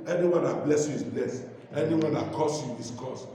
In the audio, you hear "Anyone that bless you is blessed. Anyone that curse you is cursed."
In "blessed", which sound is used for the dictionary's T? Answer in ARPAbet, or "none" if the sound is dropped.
none